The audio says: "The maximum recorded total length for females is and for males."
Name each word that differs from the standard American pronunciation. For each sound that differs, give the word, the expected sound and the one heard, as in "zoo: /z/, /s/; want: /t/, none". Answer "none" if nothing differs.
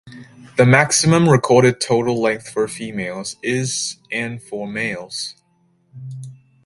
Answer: none